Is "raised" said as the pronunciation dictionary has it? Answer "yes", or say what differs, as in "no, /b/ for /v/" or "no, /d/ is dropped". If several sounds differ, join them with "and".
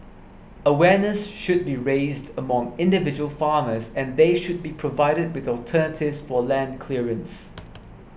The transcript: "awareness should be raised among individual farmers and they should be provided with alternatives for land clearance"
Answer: yes